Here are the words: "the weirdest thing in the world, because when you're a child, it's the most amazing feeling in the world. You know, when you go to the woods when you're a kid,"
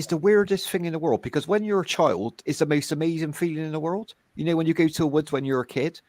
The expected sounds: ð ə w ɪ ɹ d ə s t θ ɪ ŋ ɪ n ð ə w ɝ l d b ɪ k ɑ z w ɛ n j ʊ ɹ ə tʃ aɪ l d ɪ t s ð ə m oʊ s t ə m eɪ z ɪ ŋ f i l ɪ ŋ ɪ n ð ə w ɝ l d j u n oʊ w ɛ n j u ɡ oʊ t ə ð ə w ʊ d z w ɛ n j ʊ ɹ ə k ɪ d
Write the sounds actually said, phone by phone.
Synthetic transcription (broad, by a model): ð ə w ɪ ɹ d ə s t θ ɪ ŋ ɪ n ð ə w ɝ l d b ɪ k ɑ z w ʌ n j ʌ ɹ ə tʃ aɪ l d ɪ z ð ə m oʊ s t ə m eɪ z ɪ ŋ f i l ɪ ŋ ɪ n ð ə w ɝ l d j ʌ n oʊ w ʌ n j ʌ ɡ oʊ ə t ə w ʊ d z w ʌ n j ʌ ɹ ə k ɪ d